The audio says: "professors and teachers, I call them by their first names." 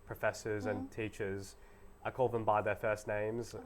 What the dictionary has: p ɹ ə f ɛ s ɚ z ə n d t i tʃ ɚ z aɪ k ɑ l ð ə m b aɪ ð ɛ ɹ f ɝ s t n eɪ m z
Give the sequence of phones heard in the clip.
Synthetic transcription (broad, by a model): p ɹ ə f ɛ s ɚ z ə n t i tʃ ɚ z aɪ k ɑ l ð ə m b aɪ ð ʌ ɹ f ɝ s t n eɪ m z